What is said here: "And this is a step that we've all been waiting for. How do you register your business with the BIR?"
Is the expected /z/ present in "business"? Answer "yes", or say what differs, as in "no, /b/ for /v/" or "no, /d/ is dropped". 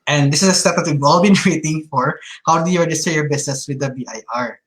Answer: no, /s/ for /z/